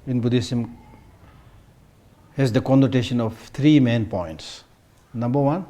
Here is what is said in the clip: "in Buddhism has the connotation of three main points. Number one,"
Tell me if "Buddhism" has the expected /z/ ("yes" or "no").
no